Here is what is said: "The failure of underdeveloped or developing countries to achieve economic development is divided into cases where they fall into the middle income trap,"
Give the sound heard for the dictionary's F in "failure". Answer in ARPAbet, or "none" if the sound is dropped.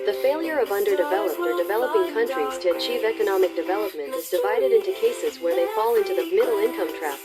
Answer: F